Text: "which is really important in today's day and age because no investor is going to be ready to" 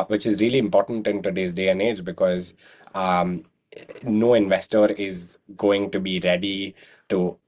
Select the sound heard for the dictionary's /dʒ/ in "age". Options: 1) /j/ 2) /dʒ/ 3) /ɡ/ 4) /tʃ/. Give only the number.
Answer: 2